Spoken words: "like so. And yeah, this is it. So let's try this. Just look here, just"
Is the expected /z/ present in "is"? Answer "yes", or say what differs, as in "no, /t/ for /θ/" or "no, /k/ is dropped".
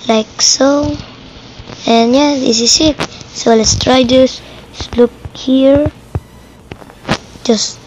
no, /s/ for /z/